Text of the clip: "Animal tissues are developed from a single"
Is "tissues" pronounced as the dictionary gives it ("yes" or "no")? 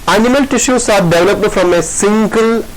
no